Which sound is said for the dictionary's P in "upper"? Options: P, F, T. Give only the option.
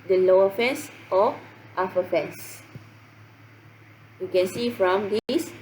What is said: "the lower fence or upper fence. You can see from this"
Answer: F